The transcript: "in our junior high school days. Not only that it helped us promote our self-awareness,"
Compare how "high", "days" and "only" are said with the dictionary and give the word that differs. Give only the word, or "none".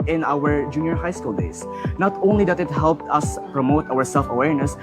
days